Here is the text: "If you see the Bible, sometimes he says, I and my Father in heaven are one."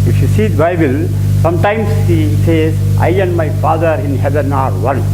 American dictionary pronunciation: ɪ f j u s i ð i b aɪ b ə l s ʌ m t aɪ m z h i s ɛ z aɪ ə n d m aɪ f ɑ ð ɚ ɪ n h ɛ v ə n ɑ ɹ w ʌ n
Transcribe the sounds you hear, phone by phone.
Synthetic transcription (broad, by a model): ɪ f j u s i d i b aɪ b ə l s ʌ m t aɪ m s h i s ɛ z aɪ ə n d m aɪ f ɑ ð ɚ ɪ n h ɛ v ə n ɑ ɹ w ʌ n